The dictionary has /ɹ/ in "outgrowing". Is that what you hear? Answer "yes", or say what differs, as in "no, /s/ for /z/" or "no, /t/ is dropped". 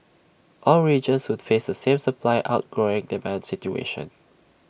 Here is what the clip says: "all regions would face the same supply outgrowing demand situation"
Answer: yes